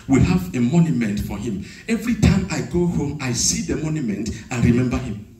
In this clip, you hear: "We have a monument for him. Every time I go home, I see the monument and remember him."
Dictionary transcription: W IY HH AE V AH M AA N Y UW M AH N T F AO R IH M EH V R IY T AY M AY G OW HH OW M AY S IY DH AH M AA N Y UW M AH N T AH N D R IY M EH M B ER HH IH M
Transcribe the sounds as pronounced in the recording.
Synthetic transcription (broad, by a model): W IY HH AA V AH M AA N Y UW M AH N T F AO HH IH M EH V R IY T AY M AY G OW HH OW M AY S IY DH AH M AA N Y UW M AH N T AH N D R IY M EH M B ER HH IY M